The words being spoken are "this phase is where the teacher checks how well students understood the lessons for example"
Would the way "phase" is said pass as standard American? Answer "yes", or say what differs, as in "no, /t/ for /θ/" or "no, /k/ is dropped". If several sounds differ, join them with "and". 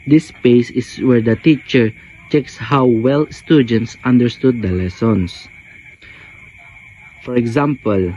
no, /p/ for /f/ and /s/ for /z/